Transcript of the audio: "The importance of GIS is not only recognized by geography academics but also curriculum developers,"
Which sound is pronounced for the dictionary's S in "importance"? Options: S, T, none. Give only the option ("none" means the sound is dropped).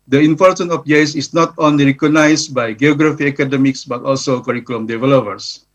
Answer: none